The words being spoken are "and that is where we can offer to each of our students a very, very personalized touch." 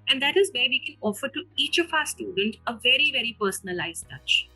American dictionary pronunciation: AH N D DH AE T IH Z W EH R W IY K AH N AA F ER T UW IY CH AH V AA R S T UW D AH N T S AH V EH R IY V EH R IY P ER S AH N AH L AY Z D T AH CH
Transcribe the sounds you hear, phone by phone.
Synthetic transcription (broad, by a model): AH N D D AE T IH Z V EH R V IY K AH N AA F ER T UW IY CH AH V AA S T UW D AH N T AH V EH R IY V EH R IY P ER S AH N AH L AY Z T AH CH